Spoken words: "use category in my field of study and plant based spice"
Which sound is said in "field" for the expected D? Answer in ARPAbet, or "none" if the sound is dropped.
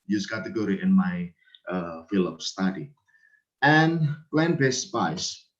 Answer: none